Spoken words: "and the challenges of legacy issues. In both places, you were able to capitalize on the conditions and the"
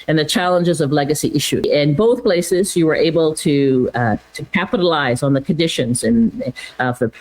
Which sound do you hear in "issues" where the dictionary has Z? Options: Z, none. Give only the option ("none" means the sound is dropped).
none